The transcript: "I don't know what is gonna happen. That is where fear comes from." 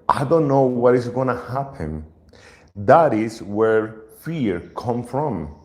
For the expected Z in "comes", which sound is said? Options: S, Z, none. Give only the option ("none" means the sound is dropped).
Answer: none